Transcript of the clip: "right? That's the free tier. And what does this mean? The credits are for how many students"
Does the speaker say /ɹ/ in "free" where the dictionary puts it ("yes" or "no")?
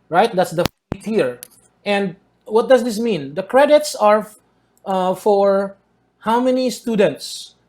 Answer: no